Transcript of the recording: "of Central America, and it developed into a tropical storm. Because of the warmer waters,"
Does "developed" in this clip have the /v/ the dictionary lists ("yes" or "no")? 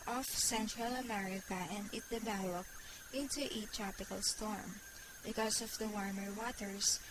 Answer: no